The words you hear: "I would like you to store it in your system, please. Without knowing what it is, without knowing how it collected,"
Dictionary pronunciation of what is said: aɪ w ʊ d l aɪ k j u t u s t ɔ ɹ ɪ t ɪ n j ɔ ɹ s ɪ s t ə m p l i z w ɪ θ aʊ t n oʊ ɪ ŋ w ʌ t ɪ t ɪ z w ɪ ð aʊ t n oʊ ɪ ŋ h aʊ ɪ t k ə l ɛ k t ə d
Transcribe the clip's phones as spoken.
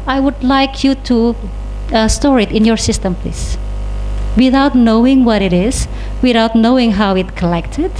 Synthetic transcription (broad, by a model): aɪ w ʊ d l aɪ k j u t u s t ɔ ɹ ɪ t ɪ n j ɔ ɹ s ɪ s t ə m p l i s w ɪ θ aʊ t n oʊ ɪ ŋ w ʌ t ɪ t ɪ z w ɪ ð aʊ t n oʊ ɪ ŋ h aʊ ɪ t k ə l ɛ k t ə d